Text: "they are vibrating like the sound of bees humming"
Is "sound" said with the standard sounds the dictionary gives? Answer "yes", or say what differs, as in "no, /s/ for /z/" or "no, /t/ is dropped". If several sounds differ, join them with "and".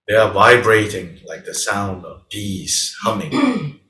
yes